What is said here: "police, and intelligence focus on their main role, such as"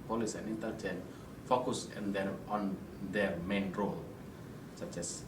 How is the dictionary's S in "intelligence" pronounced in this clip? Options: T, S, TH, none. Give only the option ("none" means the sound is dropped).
none